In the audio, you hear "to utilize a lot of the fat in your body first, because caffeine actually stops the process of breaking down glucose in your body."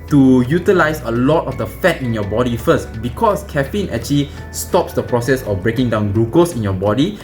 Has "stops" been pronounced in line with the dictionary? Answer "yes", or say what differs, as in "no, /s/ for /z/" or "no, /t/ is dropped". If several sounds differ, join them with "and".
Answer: yes